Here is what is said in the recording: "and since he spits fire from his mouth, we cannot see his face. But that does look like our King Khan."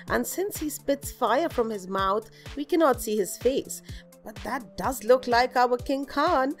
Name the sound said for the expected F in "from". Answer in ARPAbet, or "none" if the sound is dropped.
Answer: F